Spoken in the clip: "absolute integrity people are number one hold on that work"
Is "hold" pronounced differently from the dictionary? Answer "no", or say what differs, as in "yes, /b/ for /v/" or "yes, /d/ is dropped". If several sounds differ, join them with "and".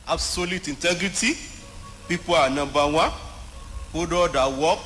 yes, /l/ is dropped